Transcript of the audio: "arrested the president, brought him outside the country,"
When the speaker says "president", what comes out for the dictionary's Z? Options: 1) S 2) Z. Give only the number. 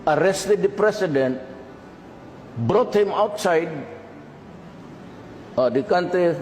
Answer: 1